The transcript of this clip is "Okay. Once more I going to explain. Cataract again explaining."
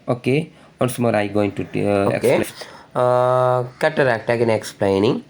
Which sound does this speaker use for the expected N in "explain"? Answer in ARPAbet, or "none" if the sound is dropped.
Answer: L